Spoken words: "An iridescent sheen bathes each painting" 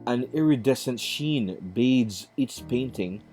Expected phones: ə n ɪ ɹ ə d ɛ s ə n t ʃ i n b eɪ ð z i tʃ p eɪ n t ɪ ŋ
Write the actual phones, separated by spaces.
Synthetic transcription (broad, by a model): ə n ɪ ɹ ə d ɛ s ə n t ʃ i n b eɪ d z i s p eɪ n t ɪ ŋ